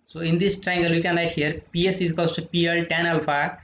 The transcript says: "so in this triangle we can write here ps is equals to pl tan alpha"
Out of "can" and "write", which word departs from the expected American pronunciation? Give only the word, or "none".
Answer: write